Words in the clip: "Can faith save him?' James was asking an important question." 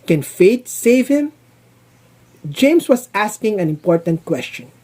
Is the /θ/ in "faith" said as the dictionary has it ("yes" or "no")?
no